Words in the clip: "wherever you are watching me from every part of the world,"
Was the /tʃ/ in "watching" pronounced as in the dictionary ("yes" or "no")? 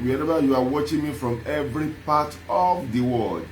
yes